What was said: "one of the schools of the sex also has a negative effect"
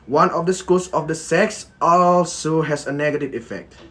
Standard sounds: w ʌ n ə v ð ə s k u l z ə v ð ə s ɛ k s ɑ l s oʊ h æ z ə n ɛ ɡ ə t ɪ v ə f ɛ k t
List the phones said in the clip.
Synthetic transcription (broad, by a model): w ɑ n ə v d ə s k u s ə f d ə s ɛ k s ɑ l s oʊ h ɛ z ə n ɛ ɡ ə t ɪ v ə f ɛ k t